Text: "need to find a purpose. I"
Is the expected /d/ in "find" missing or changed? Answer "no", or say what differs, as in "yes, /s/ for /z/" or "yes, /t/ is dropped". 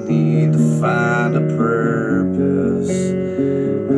yes, /d/ is dropped